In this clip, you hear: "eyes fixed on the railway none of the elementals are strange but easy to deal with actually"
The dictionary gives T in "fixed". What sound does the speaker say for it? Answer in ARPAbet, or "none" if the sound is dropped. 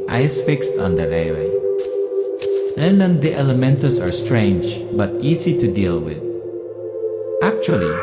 T